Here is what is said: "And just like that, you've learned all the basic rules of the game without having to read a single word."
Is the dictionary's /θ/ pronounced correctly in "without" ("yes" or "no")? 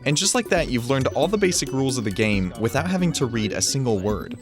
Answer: yes